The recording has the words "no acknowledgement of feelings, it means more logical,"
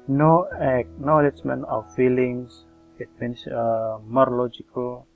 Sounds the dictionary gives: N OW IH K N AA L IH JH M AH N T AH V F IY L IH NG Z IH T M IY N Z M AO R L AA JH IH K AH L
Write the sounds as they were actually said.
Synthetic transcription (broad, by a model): N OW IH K N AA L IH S M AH N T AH W F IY L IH NG S IH T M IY N S M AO R L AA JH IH K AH L